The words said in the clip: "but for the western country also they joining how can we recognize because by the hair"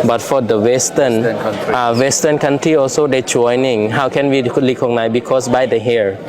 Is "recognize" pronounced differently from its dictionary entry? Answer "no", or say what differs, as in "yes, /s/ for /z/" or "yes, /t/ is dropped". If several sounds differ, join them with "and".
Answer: yes, /s/ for /z/